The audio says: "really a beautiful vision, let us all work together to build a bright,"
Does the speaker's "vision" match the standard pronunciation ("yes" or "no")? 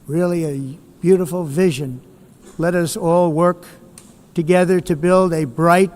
yes